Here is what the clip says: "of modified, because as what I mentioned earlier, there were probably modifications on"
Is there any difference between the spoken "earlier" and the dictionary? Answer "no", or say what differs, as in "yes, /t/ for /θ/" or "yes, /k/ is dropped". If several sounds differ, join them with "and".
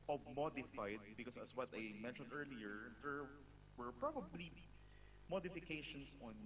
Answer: no